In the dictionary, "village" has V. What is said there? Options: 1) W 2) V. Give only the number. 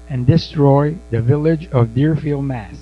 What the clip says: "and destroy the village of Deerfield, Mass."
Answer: 2